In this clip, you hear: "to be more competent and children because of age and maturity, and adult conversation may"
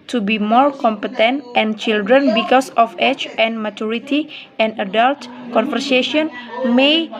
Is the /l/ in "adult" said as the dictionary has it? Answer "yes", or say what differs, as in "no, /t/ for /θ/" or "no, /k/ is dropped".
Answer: yes